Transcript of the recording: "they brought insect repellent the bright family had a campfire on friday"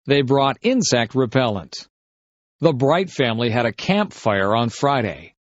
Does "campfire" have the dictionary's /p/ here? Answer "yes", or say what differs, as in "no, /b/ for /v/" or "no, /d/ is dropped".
yes